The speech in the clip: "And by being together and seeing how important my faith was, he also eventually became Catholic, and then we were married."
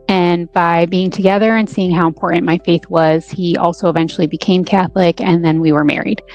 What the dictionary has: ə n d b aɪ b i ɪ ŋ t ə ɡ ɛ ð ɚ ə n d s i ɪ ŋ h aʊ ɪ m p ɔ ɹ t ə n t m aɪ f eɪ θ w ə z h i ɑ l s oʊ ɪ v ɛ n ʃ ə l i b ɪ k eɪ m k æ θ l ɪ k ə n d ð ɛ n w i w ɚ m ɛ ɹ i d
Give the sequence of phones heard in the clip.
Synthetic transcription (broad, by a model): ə n b aɪ b i ɪ ŋ t ə ɡ ɛ ð ɚ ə n s i ɪ ŋ h aʊ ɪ m p ɔ ɹ t n m aɪ f eɪ θ w ə z h i ɑ l s oʊ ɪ v ɛ n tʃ l i b ɪ k eɪ m k æ θ l ɪ k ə n ð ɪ n w i w ɚ m ɛ ɹ i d